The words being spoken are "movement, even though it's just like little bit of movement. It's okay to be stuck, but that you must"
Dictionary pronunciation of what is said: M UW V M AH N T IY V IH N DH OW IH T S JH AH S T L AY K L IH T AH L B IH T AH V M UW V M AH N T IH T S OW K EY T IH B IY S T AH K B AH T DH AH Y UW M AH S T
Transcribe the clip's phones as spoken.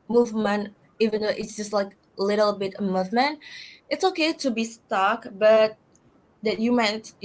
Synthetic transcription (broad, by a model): M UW V M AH N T IY V IH N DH OW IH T S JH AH S T L AY K L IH T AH L B IH T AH M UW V M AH N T IH T S OW K EY T IH B IY S T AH K B AH T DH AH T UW M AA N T